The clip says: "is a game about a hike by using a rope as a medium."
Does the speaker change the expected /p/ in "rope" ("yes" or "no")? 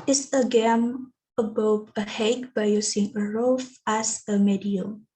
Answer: yes